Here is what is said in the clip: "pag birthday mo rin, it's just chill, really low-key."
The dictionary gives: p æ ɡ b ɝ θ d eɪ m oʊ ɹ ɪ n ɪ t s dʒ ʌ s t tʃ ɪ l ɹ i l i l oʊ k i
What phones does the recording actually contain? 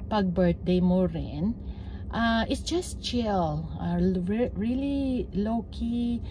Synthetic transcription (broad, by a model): p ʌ ɡ b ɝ t d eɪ m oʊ ɹ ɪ n ɪ t s dʒ ʌ s t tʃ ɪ l ɹ i l i l oʊ k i